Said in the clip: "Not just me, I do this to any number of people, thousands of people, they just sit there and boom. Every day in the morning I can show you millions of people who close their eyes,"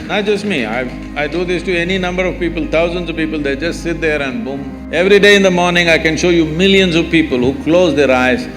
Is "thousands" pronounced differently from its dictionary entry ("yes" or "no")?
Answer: yes